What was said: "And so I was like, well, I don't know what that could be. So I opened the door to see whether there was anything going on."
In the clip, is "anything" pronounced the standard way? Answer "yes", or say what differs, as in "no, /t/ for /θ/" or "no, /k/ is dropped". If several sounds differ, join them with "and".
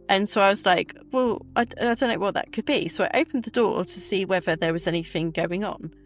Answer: yes